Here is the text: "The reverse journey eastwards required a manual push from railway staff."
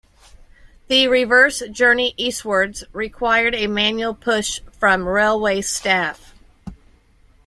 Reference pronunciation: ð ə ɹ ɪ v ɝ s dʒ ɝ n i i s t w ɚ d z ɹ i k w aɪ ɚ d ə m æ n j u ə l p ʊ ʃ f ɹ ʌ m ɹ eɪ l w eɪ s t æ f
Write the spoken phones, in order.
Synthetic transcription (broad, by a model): ð ə ɹ ɪ v ɝ s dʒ ɝ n i i s t w ɚ d z ɹ i k w aɪ ɚ d ə m æ n j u l p ʊ ʃ f ɹ ʌ m ɹ eɪ l w eɪ s t æ f